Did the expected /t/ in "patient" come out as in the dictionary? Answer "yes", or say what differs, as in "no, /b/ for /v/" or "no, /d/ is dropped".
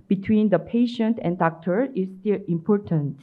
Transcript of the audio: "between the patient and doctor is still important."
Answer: yes